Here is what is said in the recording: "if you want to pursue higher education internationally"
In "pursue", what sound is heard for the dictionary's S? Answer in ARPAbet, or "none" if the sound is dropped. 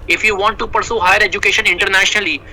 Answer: S